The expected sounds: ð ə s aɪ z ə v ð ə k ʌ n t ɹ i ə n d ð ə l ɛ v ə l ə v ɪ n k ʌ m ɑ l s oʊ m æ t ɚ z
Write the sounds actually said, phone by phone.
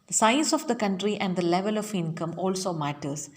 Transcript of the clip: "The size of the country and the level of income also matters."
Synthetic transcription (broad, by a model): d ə s aɪ s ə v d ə k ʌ n t ɹ i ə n d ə l ɛ v ə l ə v ɪ n k ʌ m ɑ l s oʊ m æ t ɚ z